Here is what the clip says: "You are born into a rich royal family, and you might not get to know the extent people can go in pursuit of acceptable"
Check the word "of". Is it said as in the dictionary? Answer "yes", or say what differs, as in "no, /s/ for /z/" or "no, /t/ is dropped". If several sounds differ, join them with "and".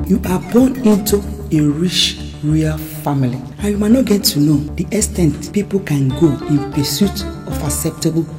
no, /f/ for /v/